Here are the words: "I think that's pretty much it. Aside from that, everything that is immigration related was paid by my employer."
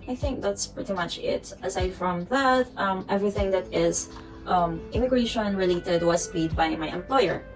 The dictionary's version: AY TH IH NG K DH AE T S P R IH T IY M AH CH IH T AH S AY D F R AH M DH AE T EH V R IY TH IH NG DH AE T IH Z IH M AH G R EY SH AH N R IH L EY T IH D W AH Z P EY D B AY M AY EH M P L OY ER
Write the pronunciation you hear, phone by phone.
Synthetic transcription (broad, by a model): AY TH IH NG K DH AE T S P R IH T IY M AH CH IH T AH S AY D F R AH M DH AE T EH V R IY TH IH NG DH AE T IH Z IH M AH G R EY SH AH N R IH L EY T IH D W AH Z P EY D B AY M AY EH M P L OY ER